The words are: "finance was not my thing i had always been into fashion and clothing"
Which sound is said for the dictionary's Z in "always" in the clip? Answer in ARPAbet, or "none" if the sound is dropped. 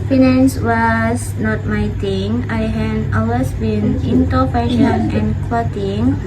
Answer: S